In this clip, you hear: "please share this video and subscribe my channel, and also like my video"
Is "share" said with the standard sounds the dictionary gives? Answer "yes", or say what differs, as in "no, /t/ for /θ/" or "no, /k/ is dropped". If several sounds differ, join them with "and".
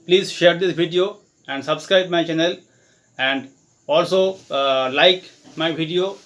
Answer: yes